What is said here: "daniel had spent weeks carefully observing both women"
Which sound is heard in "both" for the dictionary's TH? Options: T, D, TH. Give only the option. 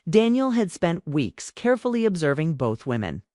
TH